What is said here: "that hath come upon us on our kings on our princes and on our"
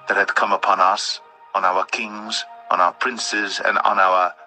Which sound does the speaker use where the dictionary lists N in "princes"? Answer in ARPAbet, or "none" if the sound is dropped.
N